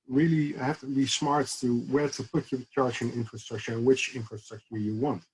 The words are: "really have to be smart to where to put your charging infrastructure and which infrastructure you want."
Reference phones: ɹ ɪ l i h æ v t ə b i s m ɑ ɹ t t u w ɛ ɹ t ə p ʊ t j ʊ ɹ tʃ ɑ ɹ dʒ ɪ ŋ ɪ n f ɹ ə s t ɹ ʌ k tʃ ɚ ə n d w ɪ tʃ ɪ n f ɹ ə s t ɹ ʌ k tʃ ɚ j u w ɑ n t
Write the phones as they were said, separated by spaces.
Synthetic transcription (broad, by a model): ɹ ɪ l i h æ f t ə b i s m ɑ ɹ t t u w ɛ ɹ t ə p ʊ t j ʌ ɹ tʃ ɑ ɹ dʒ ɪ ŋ ɪ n f ɹ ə s t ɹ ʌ k tʃ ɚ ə n w ɪ tʃ ɪ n f ɹ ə s t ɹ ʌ k tʃ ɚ j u w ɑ n t